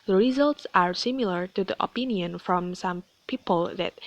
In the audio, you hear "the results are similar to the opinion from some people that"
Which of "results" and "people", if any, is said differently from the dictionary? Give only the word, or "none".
none